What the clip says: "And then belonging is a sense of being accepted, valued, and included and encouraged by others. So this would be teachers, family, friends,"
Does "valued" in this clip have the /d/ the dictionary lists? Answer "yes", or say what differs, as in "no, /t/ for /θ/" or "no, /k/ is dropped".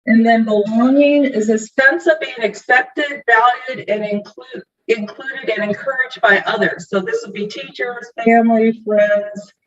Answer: yes